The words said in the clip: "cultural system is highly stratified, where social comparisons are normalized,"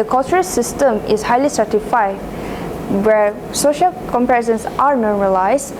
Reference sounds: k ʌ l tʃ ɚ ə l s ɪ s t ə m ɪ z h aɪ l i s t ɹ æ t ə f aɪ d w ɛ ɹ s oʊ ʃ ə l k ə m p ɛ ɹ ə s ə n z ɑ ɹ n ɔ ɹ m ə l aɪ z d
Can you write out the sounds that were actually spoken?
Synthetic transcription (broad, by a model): k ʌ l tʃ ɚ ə s ɪ s t ə m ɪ s h aɪ l i s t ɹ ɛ t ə f aɪ w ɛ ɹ s oʊ ʃ ə l k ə m p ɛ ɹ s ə n s ɑ ɹ n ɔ ɹ m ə l aɪ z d